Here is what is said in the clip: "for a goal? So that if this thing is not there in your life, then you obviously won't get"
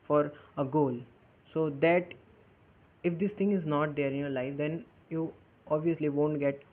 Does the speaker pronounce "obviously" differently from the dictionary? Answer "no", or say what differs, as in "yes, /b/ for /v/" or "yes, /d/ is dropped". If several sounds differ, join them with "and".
no